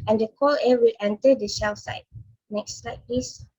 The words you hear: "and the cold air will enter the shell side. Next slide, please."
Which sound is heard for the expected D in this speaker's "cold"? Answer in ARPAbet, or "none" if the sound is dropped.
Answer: none